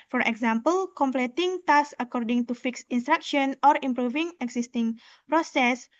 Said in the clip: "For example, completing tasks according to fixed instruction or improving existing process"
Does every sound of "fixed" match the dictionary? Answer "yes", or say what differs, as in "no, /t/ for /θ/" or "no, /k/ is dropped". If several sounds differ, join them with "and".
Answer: no, /t/ is dropped